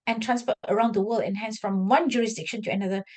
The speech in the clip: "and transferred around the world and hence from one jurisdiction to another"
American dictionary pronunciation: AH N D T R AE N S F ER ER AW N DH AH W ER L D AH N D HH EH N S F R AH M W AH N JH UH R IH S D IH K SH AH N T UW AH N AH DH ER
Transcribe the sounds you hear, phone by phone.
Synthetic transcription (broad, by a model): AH N T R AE N S P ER ER AW N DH AH W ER L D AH N HH EH N S F R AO M W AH N JH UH R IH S D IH K SH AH N T UW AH N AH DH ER